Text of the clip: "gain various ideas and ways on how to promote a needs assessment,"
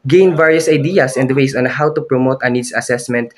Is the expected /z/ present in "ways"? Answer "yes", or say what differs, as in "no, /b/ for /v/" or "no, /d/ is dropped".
no, /s/ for /z/